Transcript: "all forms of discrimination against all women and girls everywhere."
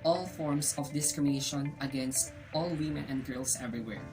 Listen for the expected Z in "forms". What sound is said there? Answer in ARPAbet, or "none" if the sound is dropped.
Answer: S